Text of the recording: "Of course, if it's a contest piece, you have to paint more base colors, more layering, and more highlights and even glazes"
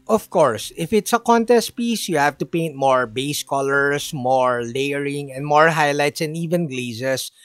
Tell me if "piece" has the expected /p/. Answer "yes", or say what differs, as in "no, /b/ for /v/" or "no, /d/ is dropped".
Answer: yes